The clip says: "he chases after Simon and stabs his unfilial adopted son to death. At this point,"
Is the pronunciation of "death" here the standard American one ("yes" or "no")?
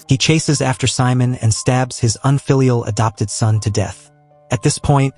yes